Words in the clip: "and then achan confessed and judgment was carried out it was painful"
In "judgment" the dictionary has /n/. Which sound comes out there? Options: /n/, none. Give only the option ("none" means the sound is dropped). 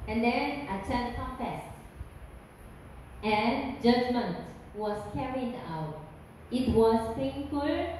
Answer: /n/